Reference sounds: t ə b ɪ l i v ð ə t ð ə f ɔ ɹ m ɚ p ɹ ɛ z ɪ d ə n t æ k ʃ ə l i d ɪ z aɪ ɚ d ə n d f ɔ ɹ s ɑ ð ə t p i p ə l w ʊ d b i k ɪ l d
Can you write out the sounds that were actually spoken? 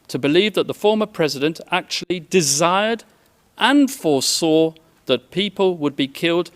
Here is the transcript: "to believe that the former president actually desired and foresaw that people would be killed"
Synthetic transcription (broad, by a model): t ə b ɪ l i v ð ə t ð ə f ɔ ɹ m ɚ p ɹ ɛ z ɪ d ə n t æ k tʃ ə l i d ɪ z aɪ ɚ d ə n f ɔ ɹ s ɑ ð ə t p i p ə l w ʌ d b i k ɪ l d